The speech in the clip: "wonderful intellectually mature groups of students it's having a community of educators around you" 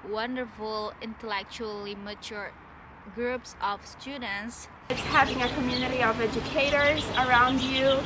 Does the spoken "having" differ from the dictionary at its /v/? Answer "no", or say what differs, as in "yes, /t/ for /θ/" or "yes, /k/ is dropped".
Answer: no